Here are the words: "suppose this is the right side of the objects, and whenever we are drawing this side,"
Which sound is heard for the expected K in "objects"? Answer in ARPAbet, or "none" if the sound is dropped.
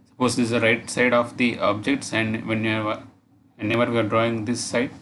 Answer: K